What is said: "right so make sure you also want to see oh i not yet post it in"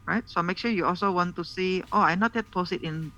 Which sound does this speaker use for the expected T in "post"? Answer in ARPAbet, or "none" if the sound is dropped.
none